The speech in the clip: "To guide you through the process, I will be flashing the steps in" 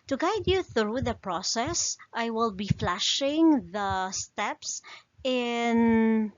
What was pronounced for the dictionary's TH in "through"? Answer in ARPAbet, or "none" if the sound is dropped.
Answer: TH